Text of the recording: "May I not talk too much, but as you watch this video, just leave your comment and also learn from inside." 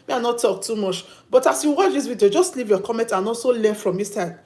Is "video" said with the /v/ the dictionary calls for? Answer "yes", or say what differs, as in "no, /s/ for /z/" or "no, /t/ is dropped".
no, /w/ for /v/